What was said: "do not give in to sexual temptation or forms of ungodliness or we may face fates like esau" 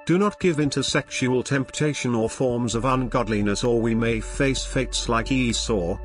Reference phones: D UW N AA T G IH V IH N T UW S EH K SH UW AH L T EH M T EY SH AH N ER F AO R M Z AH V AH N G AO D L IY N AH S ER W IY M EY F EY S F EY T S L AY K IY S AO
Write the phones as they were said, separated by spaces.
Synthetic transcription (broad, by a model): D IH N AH T G IH V IH N T UW S EH K SH UW AH L T EH M T EY SH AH N ER F AO R M Z AH V AH N G AO D L IY N AH S ER W IY M EY F EY S F EY T S L AY K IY S AO